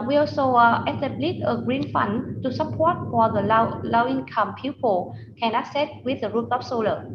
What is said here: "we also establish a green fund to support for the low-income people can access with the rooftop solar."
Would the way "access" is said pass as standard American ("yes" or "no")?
no